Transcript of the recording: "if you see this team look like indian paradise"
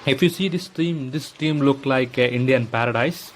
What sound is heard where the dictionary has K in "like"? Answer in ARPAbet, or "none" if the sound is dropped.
K